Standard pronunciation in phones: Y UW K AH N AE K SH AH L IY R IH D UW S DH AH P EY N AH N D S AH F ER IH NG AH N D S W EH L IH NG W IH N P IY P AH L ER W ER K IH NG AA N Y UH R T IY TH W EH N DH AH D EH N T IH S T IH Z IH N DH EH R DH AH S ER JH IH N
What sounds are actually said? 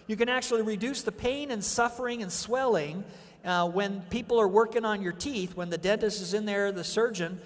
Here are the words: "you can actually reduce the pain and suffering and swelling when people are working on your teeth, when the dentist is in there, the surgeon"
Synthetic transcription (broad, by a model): Y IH K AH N AE K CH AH L IY R IH D UW S DH AH P EY N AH N S AH F ER IH NG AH N S W EH L IH NG W IH N P IY P L ER W ER K IH NG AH N Y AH R T IY TH W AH N DH AH D EH N T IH S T IH Z IH N DH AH R DH AH S ER JH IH N